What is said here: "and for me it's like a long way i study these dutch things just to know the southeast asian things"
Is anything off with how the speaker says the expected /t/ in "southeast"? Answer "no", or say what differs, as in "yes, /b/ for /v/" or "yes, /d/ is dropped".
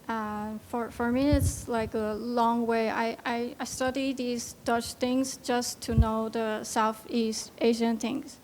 no